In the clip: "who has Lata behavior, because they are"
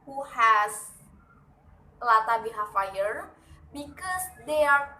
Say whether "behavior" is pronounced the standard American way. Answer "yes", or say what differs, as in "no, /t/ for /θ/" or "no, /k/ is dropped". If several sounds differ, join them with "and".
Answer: no, /f/ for /v/